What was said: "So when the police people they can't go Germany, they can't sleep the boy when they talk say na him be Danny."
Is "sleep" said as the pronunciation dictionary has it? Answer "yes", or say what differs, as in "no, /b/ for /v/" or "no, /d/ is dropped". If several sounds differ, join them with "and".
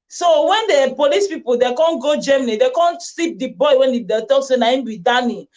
no, /l/ is dropped